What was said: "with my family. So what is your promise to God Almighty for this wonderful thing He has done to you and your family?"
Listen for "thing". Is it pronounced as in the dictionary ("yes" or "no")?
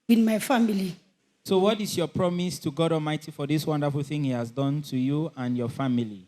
yes